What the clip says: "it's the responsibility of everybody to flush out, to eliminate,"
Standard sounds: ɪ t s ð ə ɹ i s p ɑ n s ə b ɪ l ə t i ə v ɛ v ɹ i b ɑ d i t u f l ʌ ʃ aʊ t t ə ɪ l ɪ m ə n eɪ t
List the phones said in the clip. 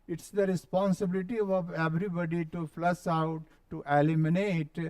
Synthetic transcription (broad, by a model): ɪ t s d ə ɹ i s p ɑ n s ə b ɪ l ə t i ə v ɛ v ɹ i b ɑ d i t u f l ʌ s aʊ t t ə l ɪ m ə n eɪ t